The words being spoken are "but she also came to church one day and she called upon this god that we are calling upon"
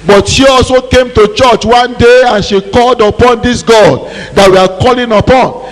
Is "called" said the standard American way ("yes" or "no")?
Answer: yes